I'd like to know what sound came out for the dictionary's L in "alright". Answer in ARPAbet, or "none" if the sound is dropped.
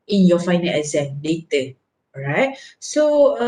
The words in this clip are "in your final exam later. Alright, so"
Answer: none